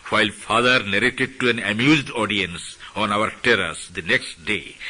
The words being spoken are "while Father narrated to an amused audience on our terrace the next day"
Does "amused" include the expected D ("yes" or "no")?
yes